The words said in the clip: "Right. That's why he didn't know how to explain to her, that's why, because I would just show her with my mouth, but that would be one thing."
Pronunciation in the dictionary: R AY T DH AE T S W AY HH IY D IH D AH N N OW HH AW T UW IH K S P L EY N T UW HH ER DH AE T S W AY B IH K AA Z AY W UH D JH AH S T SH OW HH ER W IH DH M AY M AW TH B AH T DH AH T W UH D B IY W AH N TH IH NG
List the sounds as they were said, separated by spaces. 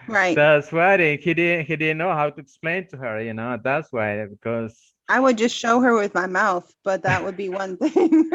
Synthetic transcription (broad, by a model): R AY T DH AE T S W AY HH IY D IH D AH N N OW HH AW T UW IH K S P L EY N T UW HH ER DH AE T S W AY B IH K AA Z AY W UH D JH AH S T SH OW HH ER W IH DH M AY M AW TH B AH T DH AH T W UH D B IY W AH N TH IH NG